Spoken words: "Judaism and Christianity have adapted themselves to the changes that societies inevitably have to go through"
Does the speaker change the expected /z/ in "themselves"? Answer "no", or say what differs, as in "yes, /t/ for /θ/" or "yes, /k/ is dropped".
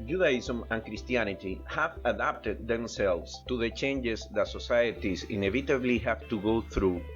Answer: yes, /s/ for /z/